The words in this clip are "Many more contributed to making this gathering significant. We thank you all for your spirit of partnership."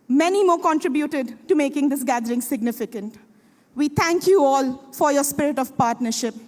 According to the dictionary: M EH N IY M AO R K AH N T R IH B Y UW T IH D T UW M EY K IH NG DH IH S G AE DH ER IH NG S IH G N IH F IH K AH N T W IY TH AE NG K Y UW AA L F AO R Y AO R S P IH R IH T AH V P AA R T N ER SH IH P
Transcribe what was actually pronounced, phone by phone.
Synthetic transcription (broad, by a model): M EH N IY M AO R K AH N T R IH B Y UW T IH D T UW M EY K IH NG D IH S G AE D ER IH NG S IH G N IH F IH K AH N T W IY T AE NG K Y UW AA L F AO R Y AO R S P IH R IH T AH V P AA R T N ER SH IH P